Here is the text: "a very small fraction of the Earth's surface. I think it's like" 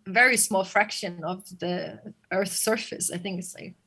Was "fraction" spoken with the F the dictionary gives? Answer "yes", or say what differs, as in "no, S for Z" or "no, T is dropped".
yes